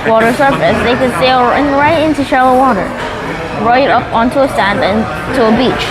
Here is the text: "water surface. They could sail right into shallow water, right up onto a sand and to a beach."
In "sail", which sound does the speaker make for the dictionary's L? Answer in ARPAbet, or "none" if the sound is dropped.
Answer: N